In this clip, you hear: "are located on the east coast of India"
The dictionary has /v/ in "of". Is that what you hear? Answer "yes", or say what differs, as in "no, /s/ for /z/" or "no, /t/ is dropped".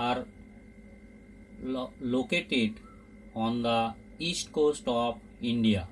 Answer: no, /p/ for /v/